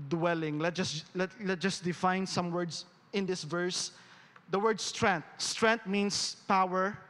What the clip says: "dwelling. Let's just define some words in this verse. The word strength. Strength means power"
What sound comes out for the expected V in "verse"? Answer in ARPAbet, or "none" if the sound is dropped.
V